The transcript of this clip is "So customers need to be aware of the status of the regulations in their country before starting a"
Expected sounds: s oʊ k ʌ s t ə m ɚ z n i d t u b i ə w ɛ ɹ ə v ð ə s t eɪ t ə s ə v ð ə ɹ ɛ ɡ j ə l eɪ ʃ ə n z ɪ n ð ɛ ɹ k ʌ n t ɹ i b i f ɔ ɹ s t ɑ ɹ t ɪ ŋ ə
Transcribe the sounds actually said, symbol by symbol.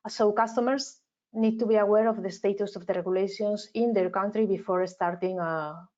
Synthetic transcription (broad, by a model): s oʊ k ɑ s t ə m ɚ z n i d t u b i ə w ɛ ɹ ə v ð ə s t eɪ t ə s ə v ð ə ɹ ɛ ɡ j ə l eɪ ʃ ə n s ɪ n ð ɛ ɹ k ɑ n t ɹ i b i f ɔ ɹ s t ɑ ɹ t ɪ ŋ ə